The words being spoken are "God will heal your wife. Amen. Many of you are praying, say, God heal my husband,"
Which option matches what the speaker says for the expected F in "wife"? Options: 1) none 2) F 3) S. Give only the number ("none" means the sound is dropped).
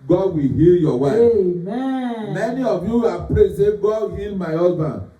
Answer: 1